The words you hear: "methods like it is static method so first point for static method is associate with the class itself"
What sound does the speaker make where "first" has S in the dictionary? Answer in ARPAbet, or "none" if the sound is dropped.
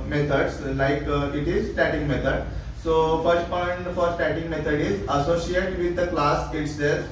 S